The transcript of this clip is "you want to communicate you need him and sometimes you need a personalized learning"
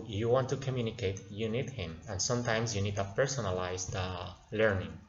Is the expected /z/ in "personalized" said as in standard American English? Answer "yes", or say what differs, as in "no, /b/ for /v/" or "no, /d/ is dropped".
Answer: no, /s/ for /z/